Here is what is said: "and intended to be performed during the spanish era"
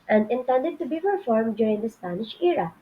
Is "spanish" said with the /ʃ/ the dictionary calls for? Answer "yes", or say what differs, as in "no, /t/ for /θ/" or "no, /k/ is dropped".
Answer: yes